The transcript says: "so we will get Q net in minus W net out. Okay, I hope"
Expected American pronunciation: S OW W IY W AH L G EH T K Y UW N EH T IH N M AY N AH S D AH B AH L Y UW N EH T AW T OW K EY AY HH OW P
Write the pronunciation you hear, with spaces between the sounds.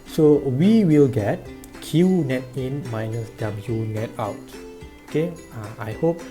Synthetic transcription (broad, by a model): S OW W IY W AH L G EH T K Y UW N EH T IH N M AY N AH S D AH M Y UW N EH T AW T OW K EY AY HH OW P